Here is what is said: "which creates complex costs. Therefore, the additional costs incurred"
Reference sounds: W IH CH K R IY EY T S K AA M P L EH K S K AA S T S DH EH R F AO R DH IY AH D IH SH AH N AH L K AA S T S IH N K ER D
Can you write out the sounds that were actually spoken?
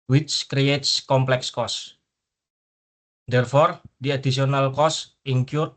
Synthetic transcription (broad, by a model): W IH CH K R IY EY T S K AA M P L EH K S K AA S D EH R F AO R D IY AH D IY S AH N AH L K AA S S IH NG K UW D